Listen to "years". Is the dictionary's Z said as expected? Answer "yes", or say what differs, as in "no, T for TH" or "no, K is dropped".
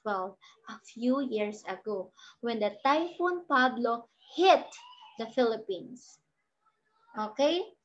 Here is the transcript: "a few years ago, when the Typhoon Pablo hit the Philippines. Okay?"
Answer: no, S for Z